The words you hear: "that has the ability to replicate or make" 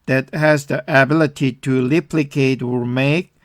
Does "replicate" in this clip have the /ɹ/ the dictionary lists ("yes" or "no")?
no